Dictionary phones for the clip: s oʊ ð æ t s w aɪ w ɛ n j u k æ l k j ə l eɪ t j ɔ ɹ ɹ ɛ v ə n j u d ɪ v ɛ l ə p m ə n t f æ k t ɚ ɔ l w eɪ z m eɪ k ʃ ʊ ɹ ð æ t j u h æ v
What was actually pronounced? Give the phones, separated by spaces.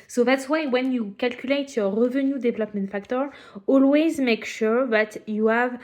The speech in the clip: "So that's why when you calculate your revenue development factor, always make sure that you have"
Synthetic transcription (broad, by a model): s oʊ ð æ t s w aɪ w ɛ n j u k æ l k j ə l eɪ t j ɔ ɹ ɹ ɛ v ə n j u d ɪ v ɛ l ə p m ə n t f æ k t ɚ ɔ l w eɪ z m eɪ k ʃ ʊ ɹ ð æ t j u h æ v